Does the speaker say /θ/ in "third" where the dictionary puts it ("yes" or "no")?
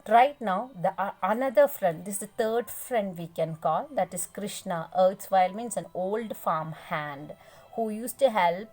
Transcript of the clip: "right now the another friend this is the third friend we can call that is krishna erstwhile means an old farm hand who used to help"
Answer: no